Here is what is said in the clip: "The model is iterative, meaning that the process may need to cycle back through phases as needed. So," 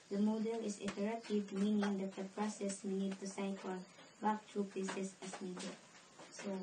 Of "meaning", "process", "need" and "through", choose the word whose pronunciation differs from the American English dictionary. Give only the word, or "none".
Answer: through